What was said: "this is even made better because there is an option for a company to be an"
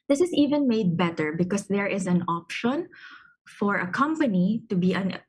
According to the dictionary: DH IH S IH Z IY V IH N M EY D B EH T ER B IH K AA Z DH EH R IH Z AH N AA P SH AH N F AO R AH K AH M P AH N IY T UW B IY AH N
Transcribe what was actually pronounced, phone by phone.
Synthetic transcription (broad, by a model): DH IH S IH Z IY V IH N M EY D B EH T ER B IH K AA S DH EH R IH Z AH N AA P SH AH N F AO R AH K AH M P AH N IY T UW B IY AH N